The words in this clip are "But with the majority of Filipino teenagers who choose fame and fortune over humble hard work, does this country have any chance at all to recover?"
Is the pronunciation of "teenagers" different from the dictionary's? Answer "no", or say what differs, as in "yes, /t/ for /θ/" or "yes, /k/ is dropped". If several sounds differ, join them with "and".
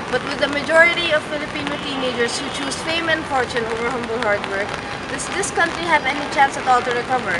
yes, /s/ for /z/